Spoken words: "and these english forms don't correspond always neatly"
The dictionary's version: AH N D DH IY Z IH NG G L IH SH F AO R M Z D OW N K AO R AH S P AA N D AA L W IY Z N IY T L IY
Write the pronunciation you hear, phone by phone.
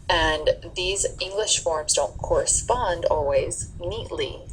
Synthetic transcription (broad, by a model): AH N DH IY Z IH NG G L IH SH F AO R M Z D OW N K AO R AH S P AA N D AA L W IY Z N IY T L IY